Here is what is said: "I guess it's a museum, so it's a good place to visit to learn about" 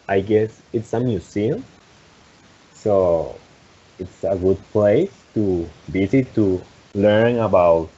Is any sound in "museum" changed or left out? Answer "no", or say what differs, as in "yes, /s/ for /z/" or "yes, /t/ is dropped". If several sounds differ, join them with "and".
yes, /s/ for /z/